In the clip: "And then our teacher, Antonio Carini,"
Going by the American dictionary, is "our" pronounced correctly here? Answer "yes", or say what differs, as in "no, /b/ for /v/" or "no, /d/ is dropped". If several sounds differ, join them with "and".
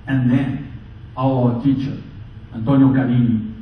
no, /w/ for /ɹ/